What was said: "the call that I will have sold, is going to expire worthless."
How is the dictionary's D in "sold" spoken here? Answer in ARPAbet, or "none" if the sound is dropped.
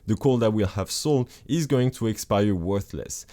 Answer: none